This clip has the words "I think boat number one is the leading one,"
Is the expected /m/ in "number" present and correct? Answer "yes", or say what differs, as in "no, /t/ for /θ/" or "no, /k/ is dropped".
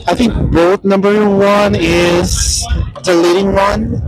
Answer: yes